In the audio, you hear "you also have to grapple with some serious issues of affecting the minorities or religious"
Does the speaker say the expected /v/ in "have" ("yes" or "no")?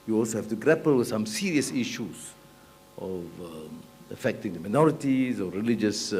no